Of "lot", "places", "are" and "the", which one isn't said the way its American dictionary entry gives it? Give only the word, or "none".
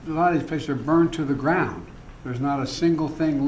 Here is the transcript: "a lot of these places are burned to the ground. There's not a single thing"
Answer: places